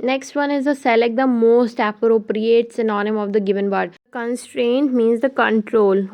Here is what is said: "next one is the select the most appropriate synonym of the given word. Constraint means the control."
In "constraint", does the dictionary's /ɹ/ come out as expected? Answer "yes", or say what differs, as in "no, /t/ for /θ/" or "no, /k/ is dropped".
yes